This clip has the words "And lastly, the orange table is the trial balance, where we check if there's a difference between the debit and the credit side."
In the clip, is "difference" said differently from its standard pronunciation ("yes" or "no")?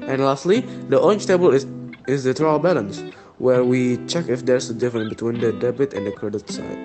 yes